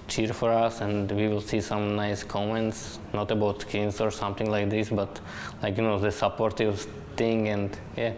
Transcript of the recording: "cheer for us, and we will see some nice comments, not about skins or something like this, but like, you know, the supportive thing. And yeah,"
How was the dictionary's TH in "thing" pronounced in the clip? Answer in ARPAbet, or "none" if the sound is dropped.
T